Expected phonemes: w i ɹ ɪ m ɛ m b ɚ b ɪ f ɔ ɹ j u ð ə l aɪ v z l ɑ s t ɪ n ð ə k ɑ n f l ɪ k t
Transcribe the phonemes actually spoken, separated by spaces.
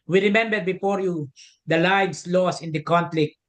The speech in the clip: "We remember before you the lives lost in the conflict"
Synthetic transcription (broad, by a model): w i ɹ ɪ m ɛ m b ɚ b ɪ f ɔ ɹ j u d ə l aɪ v s l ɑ s ɪ n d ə k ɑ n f l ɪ k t